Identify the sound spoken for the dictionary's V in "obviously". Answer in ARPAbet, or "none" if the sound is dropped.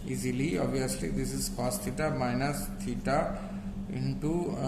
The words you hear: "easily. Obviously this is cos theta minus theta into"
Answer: none